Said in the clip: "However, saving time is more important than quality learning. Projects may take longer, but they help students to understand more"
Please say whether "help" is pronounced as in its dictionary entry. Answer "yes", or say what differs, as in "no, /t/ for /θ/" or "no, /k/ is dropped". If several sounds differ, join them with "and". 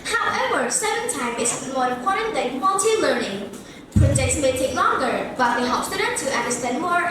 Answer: no, /l/ is dropped